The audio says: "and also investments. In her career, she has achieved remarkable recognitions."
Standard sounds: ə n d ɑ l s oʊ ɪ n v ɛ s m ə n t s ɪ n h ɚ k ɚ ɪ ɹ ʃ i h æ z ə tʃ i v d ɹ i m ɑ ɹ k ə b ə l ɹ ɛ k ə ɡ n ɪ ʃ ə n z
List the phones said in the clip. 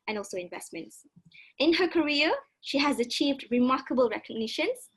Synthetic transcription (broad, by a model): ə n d ɑ l s oʊ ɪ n v ɛ s m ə n t s ɪ n h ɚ k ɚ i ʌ ʃ i h æ z ə tʃ i v d ɹ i m ɑ k ə b ə l ɹ ɛ k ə ɡ n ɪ ʃ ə n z